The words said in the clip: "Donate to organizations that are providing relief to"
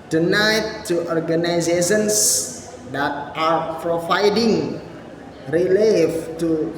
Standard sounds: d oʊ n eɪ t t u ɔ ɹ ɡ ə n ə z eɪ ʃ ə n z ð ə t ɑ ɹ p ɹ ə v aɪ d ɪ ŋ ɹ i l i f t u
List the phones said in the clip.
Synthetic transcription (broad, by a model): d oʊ n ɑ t t u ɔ ɹ ɡ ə n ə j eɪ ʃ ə n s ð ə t ɑ ɹ p ɹ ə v aɪ d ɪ ŋ ɹ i l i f t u